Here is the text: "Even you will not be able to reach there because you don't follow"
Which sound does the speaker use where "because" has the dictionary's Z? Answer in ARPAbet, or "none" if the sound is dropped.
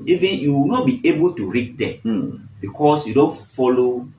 S